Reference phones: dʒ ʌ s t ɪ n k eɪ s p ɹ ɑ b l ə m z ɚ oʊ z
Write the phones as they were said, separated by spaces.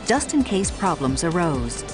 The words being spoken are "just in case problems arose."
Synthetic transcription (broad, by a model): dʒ ʌ s t ɪ n k eɪ s p ɹ ɑ b l ə m z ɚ oʊ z